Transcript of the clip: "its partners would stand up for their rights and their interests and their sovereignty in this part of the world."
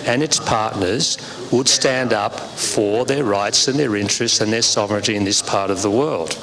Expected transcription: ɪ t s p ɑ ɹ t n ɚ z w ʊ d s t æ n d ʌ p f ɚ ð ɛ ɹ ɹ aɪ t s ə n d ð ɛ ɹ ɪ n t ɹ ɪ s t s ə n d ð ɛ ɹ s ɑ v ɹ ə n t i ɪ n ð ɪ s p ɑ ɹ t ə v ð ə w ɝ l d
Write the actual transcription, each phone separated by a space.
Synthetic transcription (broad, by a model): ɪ t s p ɑ ɹ t n ɚ z w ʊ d s t æ n d ʌ p f ɚ ð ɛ ɹ ɹ aɪ t s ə n ð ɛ ɹ ɪ n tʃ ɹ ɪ s t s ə n ð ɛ ɹ s ɑ v ɹ ə n t i ɪ n ð ɪ s p ɑ ɹ t ə v ð ə w ɝ l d